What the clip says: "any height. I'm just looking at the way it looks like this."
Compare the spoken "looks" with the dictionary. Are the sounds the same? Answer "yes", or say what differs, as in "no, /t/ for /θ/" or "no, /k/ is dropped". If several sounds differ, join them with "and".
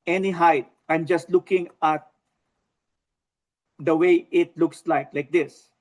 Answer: yes